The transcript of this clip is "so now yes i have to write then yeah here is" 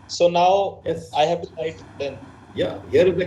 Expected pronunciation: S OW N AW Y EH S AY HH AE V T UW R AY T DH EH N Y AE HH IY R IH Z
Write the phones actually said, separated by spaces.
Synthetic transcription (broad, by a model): S OW N AW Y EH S AY HH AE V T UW L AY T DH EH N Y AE HH IY R